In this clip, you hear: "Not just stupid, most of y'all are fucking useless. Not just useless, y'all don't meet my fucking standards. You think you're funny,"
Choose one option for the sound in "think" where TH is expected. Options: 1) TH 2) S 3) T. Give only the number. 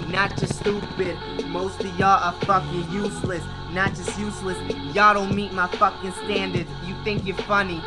1